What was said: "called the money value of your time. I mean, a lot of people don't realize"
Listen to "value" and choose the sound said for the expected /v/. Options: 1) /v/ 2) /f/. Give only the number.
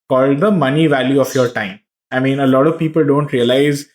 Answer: 1